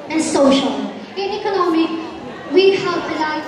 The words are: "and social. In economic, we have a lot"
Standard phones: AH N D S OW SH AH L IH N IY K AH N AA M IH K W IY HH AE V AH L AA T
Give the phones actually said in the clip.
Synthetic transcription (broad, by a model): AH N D S OW SH AH L IH N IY K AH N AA M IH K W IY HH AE P AH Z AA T